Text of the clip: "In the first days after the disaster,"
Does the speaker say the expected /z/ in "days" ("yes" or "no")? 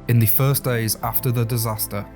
yes